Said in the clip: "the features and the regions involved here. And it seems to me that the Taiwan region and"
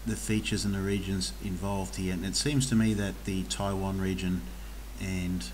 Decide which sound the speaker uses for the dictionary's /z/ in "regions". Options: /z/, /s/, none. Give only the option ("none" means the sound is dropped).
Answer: /z/